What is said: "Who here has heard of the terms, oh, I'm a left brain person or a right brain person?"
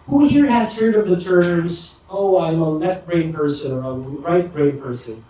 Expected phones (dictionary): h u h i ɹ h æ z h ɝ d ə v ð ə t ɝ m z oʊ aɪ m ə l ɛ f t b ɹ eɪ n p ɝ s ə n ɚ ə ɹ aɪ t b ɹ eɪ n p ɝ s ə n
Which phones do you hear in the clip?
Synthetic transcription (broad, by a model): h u h i ɹ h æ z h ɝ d ə v ð ə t ɝ m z oʊ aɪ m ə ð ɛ t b ɹ eɪ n p ɝ s ə n ɚ ə ɹ aɪ t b ɹ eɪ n p ɝ s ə n